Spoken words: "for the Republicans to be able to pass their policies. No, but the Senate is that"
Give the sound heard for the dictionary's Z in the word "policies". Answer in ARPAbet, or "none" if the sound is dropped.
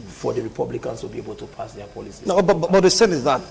none